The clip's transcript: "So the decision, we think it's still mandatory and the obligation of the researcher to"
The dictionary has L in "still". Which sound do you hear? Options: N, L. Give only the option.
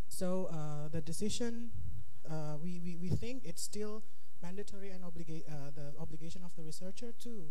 L